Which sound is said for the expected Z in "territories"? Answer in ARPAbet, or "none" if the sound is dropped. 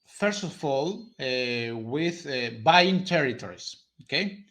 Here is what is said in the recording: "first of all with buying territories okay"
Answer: S